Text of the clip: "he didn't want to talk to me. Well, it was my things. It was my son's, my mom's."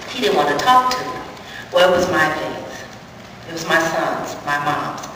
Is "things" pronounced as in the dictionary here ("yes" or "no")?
no